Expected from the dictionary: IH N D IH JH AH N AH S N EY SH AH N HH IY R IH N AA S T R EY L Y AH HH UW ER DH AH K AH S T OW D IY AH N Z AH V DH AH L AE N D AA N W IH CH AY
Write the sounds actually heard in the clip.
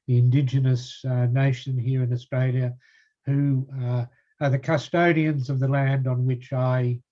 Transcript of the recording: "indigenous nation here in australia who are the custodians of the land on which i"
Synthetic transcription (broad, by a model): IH N D IH JH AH N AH S N EY SH AH N HH IY R IH N AA S T R EY L Y AH HH UW ER DH AH K AH S T OW D IY AH N Z AH V DH AH L AE N D N W IH CH AY